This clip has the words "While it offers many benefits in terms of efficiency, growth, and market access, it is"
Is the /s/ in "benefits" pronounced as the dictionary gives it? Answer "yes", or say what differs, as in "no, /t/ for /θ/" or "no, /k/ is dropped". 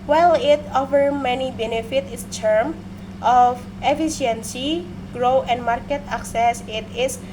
no, /s/ is dropped